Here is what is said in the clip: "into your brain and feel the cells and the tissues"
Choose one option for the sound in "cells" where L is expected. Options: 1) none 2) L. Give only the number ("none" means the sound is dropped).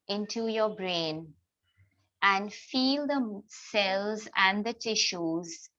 2